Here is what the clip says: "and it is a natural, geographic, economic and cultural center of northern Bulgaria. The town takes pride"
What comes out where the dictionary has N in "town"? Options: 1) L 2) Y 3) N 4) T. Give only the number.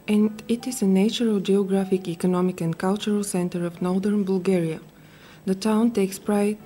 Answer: 3